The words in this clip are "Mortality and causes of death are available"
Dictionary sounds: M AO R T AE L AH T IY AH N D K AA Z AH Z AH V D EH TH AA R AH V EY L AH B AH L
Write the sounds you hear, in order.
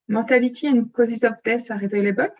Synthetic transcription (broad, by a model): M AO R T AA L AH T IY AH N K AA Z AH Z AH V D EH S AA R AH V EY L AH B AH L